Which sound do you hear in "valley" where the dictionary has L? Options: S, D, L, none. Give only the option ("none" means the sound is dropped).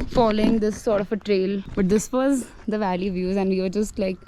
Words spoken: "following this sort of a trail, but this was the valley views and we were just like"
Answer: L